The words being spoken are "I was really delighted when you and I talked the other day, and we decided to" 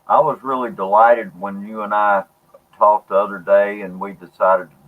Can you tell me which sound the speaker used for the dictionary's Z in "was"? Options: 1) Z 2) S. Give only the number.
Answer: 1